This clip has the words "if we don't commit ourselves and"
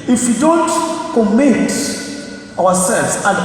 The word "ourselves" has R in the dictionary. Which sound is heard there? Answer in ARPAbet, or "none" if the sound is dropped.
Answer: W